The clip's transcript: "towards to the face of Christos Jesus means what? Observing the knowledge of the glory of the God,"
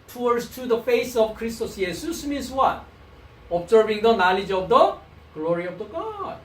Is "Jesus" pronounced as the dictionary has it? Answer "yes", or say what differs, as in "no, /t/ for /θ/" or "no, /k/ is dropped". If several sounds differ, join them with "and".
no, /s/ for /z/